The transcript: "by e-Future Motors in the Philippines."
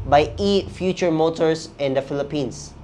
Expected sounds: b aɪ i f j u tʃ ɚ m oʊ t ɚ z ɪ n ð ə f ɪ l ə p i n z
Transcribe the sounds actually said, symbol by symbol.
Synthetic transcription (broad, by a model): b aɪ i f j u tʃ ɚ m oʊ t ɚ s ɪ n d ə f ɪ l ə p i n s